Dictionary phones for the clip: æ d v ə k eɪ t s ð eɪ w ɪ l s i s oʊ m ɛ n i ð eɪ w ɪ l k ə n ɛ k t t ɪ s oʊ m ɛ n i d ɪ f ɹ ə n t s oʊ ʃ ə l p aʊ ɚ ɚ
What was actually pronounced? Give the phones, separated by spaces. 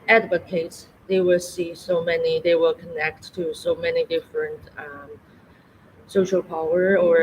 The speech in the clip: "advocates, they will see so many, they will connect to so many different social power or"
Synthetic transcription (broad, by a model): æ d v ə k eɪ t s ð eɪ w ɪ l s i s oʊ m ɛ n i ð eɪ w ɪ l k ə n ɛ k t t ɪ s oʊ m ɛ n i d ɪ f ɹ ə n t s oʊ ʃ ə l p aʊ ɚ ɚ